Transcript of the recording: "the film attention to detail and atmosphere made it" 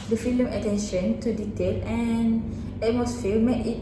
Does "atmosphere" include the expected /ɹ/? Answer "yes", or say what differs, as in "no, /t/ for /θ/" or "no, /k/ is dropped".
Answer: no, /l/ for /ɹ/